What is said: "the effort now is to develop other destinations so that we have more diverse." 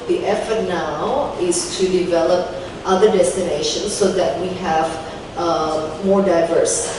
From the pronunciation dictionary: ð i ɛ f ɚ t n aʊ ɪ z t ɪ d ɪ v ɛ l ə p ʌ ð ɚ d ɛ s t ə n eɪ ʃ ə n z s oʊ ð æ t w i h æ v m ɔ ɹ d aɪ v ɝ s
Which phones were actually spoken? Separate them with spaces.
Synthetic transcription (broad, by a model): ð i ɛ f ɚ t n aʊ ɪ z t ɪ d ɪ v ɛ l ə p ʌ ð ɚ d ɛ s t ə n eɪ ʃ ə n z s oʊ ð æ t w i h æ v m ɔ ɹ d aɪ v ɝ s